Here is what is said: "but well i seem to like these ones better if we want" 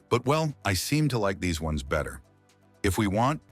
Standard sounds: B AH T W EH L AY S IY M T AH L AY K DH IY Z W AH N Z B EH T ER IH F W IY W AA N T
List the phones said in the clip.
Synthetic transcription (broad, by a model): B AH T W EH L AY S IY M T AH L AY K DH IY Z W AH N Z B EH T ER IH F W IY W AA N T